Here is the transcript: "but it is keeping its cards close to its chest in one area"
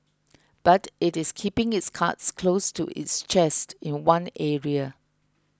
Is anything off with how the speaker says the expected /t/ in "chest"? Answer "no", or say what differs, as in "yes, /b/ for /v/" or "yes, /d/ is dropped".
no